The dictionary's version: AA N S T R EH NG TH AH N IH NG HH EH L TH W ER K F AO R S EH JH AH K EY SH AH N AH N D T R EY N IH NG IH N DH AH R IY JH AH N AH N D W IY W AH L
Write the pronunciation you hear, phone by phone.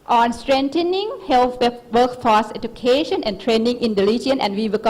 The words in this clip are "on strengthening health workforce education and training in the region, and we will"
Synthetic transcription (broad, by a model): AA N S T R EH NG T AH N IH NG HH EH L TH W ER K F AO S EH JH AH K EY SH AH N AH N T R EY N IH NG IH N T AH L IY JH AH N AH N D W IY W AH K